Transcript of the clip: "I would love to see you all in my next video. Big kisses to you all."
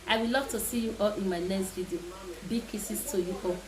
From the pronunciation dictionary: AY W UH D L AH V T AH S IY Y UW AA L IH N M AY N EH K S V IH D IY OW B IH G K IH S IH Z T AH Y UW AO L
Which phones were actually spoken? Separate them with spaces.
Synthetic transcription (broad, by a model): AY W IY L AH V T AH S IY Y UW AA L IH N M AY L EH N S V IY D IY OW B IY K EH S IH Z T AH Y UW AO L